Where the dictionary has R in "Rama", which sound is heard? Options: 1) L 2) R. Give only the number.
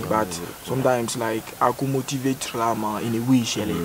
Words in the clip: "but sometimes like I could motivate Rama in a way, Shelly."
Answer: 1